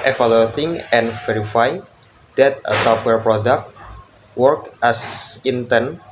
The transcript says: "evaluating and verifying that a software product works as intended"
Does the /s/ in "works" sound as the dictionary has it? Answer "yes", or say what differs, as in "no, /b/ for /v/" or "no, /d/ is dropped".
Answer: no, /s/ is dropped